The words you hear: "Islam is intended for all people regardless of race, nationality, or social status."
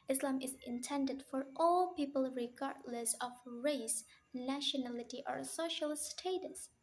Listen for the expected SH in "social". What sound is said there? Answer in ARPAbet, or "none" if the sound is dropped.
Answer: SH